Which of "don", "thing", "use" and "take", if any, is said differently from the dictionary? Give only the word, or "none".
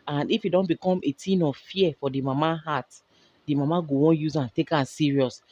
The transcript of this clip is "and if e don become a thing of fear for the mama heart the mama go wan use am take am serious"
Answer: thing